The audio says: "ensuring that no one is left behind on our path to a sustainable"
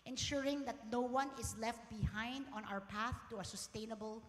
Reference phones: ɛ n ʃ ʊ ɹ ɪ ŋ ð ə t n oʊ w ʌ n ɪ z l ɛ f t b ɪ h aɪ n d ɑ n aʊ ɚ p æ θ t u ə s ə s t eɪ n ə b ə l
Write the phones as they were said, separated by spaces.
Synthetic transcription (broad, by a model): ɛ n ʃ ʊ ɹ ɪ ŋ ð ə t n oʊ w ʌ n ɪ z l ɛ f t b ɪ h aɪ n d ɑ n aʊ ɚ p æ θ t u ə s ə s t eɪ n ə b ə l